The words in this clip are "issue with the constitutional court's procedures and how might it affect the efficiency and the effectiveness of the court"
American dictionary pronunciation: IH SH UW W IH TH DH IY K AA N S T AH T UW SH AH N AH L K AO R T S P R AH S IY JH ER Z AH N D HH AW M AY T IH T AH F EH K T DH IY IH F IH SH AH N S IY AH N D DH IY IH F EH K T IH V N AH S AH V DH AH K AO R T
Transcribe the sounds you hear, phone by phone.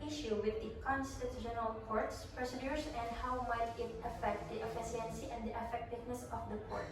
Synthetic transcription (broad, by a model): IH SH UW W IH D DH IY K AA N S T AH T UW SH AH N AH L K AO R T S P R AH S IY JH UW S AH N D HH AW M AY T IH T AH F EH K T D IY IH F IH S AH N S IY AH N D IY IH F EH K T IH V N AH S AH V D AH K AO R T